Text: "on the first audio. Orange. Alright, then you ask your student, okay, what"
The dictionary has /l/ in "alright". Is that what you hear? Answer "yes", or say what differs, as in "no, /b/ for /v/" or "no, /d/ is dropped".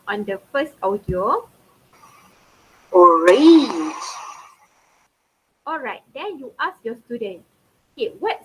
yes